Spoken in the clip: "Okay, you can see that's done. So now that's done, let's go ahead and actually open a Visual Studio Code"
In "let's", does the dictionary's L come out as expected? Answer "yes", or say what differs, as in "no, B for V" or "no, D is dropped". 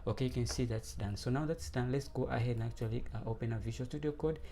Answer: yes